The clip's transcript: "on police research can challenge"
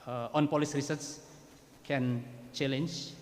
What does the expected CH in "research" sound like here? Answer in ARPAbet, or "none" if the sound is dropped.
S